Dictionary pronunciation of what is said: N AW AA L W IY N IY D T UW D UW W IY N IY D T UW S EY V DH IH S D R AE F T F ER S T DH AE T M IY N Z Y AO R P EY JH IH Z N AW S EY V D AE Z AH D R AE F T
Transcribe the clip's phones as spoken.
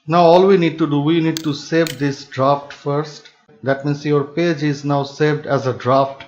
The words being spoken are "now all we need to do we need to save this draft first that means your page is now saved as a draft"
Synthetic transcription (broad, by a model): N AW AA L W IY N IY D T UW D UW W IY N IY D T UW S EY V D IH S D R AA F T F ER S T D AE T M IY N S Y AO R P EY JH IH Z N AW S EY V D AE Z AH D R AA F T